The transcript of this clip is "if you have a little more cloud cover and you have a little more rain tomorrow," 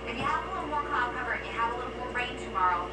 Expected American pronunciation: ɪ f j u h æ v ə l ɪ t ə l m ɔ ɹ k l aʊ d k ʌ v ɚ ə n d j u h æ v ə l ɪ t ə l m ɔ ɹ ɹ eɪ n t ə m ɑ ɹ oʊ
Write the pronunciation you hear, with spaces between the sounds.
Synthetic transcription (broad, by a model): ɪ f j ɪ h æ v ə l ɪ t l m ɔ ɹ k aʊ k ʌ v ɚ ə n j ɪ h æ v ə l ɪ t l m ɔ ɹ ɹ eɪ n t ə m ɑ ɹ oʊ